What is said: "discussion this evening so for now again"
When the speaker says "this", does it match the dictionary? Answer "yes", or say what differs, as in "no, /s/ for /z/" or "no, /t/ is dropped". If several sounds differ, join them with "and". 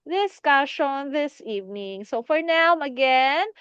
yes